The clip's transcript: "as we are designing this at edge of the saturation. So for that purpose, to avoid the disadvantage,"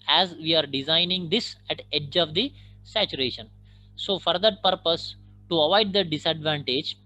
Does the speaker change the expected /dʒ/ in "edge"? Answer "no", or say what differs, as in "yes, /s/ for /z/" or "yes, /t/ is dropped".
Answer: no